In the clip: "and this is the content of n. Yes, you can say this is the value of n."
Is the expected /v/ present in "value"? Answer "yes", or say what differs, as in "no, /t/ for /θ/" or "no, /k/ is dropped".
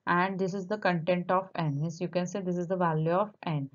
yes